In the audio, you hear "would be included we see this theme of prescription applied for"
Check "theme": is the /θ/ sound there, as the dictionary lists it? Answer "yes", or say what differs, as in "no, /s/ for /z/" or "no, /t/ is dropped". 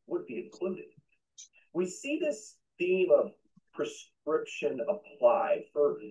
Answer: yes